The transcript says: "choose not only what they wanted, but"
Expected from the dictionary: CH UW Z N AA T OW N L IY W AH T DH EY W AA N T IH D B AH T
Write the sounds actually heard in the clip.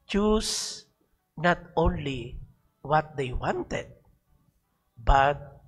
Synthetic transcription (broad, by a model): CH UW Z N AA T OW N L IY W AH T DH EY W AA N T IH D B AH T